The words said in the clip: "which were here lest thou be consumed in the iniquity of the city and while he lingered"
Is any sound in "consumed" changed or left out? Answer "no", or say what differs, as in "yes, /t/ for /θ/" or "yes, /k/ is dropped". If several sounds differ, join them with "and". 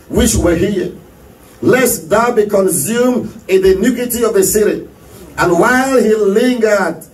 yes, /d/ is dropped